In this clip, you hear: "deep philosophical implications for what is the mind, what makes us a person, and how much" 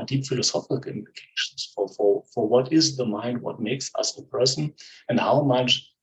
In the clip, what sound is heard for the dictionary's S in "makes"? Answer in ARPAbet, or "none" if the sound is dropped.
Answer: S